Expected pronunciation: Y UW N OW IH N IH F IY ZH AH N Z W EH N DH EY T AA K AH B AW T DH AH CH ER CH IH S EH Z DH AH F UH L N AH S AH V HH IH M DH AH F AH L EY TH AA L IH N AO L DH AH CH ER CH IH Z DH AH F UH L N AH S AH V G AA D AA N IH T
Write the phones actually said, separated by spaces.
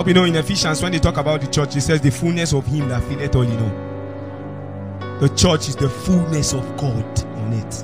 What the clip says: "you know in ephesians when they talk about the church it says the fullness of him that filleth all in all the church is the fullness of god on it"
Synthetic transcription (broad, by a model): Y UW N OW IH N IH F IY SH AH N S W EH N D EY T AA K AH B AW T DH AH CH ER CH IH S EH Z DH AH F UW L N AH S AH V HH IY M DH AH F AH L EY T AA L IH N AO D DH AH CH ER CH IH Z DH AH F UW L N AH S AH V G AA D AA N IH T